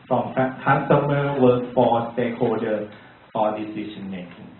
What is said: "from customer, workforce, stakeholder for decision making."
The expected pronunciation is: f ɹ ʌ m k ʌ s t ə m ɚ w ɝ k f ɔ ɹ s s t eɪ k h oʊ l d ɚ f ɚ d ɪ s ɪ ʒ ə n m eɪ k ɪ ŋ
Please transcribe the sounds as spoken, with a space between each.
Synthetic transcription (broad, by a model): f ɹ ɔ m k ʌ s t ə m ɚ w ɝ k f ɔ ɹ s s t eɪ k h oʊ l d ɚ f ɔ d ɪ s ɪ ʃ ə n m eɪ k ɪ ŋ